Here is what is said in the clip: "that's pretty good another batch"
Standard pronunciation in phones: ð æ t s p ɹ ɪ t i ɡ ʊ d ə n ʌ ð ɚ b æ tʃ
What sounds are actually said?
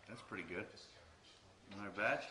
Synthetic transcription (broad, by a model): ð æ t s p ɹ ɪ t i ɡ ʊ d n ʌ ɪ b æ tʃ